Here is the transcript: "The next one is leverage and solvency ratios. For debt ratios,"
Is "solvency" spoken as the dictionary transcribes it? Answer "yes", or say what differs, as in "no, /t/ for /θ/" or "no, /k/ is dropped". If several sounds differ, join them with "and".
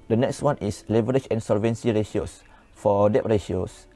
yes